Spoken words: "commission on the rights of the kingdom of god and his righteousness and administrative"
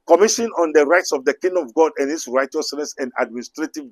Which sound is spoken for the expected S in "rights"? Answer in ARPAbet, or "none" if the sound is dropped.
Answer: S